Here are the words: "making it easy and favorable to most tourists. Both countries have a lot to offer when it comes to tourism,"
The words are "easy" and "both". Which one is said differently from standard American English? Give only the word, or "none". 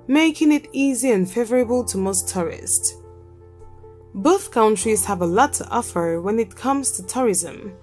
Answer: none